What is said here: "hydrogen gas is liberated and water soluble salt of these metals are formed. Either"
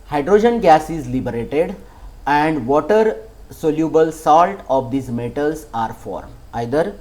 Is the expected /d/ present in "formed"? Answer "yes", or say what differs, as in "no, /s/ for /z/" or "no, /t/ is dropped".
no, /d/ is dropped